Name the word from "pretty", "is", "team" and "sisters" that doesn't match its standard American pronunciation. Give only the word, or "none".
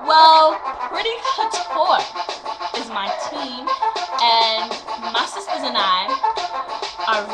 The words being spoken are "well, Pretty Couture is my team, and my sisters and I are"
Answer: none